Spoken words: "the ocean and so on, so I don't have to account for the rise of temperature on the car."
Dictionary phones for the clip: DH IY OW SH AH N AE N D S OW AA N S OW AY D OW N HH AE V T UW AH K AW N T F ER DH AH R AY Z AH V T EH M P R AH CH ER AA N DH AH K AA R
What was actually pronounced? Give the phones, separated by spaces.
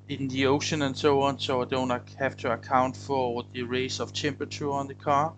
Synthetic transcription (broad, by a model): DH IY OW SH AH N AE N S OW AA N S OW AY D OW N HH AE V T UW AH K AW N T F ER DH AH R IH S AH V T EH M P R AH CH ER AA N DH AH K AA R